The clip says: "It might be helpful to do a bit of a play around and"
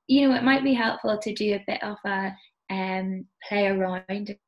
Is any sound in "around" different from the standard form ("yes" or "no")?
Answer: yes